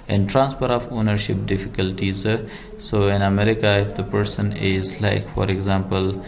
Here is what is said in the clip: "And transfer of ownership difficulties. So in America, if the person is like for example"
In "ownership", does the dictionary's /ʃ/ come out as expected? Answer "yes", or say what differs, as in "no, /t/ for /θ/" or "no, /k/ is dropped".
yes